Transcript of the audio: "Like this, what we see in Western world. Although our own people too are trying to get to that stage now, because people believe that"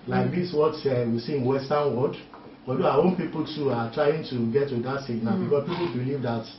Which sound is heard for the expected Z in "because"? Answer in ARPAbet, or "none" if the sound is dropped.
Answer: S